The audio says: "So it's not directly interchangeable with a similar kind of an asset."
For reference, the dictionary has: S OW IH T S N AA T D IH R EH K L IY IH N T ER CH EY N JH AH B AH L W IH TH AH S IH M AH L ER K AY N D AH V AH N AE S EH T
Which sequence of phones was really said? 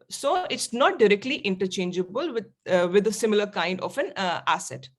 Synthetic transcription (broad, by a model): S OW IH T S N AA T D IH R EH K L IY IH N T ER CH EY N JH AH B AH L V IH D AH S IH M AH L ER K AY N D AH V AH N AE S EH T